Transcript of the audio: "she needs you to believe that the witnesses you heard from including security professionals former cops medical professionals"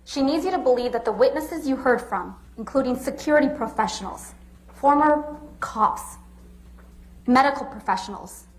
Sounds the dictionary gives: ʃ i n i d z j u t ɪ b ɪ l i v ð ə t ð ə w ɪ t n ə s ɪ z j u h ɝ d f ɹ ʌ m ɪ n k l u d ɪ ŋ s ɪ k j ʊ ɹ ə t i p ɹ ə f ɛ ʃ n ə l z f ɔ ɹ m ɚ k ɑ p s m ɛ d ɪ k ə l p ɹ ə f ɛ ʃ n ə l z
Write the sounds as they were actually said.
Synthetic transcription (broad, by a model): ʃ i n i d z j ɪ t ɪ b ɪ l i v ð ə t ð ə w ɪ t n ə s ɪ z j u h ɝ d f ɹ ʌ m ɪ n k l u d ɪ ŋ s ɪ k j ʊ ɹ ə t i p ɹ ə f ɛ ʃ n l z f ɔ ɹ m ɚ k ɑ s m ɛ d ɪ k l p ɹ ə f ɛ ʃ n l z